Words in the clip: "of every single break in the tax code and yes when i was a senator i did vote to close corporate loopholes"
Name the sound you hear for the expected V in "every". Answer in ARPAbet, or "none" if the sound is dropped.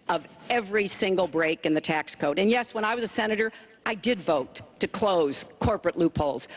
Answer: V